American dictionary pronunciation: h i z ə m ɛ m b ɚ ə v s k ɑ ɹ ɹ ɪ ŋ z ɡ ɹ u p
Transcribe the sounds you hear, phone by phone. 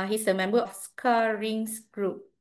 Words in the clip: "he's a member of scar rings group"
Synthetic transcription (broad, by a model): h i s ə m ɛ m b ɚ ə f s k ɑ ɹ ɹ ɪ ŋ s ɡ ɹ u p